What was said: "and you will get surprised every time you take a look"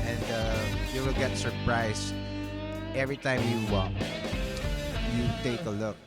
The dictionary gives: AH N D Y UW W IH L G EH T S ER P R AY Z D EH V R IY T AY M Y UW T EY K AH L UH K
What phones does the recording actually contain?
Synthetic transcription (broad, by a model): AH N D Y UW W IH L G EH T S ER P R AY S EH V R IY T AY M Y UW T EY K AH L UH K